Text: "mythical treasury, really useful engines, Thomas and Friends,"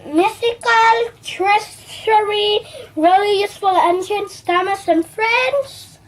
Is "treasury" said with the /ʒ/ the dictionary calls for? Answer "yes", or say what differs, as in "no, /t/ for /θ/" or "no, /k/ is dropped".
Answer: no, /s/ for /ʒ/